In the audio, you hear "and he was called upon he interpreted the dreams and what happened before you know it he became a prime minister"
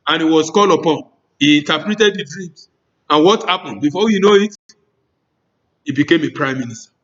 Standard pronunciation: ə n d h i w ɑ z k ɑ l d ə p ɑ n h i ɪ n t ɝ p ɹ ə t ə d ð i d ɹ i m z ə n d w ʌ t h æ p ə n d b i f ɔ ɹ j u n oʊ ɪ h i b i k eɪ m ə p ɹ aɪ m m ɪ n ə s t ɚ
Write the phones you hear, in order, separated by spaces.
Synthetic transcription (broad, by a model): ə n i w ɑ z k ɑ l ə p ɑ n h i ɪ n t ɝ p ɹ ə t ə d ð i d ɹ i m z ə n w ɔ t h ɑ p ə n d b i f ɔ j u n oʊ ɪ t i b i k eɪ m ə p ɹ aɪ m m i n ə s t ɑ